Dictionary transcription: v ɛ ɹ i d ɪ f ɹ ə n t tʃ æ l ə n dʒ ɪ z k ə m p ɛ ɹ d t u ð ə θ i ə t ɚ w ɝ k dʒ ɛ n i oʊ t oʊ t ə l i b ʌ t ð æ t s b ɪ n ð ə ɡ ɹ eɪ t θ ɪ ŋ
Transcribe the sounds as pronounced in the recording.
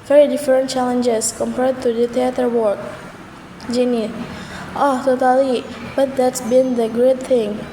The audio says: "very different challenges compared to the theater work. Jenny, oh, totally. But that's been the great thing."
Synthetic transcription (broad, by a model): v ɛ ɹ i d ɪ f ɹ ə n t tʃ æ l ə n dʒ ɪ s k ə m p ɛ ɹ d t u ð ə t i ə t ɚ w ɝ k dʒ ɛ n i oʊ t oʊ t ə l i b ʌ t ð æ t s b ɪ n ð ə ɡ ɹ eɪ t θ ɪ ŋ